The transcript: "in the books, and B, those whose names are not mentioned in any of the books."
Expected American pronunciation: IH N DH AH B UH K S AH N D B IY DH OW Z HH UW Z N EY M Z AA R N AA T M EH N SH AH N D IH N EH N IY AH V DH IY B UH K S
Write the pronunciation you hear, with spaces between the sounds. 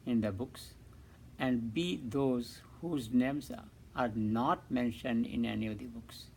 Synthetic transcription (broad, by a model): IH N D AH B UH K S AH N D B IY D OW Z HH UW Z N EY M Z AA R N AA T M EH N SH AH N D IH N EH N IY AH V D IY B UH K S